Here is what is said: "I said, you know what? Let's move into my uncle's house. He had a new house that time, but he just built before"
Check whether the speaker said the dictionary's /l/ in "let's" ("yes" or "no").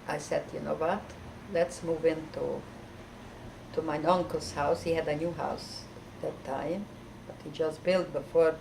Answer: yes